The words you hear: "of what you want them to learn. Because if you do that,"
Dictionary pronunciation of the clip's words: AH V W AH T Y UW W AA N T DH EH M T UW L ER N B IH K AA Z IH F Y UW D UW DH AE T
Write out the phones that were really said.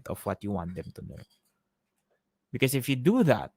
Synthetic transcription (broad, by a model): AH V W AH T Y UW W AA N T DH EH M T UW N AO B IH K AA S IH F Y UW D UW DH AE T